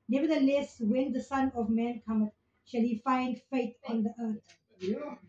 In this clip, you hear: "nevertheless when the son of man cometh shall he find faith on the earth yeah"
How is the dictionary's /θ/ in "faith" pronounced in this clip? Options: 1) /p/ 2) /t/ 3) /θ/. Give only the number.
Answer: 2